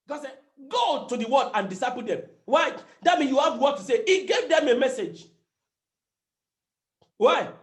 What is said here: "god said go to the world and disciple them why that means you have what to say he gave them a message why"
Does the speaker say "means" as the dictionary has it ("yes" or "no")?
no